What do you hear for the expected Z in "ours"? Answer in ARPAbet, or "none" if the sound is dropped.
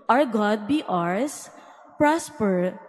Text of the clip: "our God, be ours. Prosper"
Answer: S